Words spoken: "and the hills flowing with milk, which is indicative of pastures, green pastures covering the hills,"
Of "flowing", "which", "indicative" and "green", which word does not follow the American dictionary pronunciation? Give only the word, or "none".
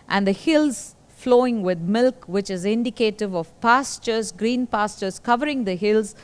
none